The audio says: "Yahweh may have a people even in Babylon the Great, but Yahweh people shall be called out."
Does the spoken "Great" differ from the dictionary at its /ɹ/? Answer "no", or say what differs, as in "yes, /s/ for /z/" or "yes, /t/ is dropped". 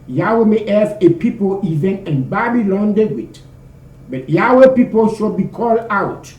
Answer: yes, /w/ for /ɹ/